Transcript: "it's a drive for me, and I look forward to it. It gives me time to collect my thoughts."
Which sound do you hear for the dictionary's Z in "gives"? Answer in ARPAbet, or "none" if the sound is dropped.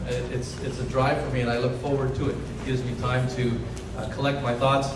Z